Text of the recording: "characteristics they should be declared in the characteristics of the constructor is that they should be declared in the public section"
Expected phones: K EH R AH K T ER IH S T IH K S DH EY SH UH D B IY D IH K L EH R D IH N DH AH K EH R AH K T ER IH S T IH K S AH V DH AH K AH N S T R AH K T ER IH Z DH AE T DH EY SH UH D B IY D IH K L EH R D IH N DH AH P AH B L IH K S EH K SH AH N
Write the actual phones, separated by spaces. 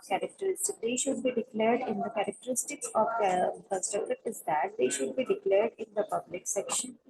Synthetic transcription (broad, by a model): K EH R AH K T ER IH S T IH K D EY SH UH D B IY D IH K L EH R D IH N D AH K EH R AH K T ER IH S T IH K S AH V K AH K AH S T AH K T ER IH Z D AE T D EY SH UH D B IY D IH K L EH R D IH N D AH P AH B L IH K S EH K SH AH N